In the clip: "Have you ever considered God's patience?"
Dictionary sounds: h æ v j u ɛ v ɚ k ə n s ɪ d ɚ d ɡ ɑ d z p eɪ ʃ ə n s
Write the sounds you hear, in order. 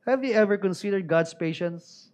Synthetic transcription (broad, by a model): h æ v j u ɛ v ɚ k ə n s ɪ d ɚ d ɡ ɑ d s p eɪ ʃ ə n s